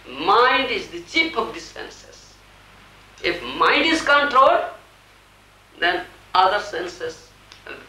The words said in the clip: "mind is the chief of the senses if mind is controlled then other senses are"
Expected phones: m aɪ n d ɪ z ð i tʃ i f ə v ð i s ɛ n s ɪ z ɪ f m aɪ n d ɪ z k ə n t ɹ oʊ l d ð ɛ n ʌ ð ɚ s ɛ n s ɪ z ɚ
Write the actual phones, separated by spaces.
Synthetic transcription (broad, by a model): m aɪ n d ɪ z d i tʃ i p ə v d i s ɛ n s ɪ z ɪ f m aɪ n d ɪ z k ə n t ɹ oʊ l d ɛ n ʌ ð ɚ s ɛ n s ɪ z